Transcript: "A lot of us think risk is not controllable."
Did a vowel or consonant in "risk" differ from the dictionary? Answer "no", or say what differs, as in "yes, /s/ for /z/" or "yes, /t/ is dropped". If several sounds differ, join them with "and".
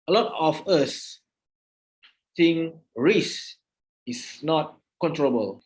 yes, /k/ is dropped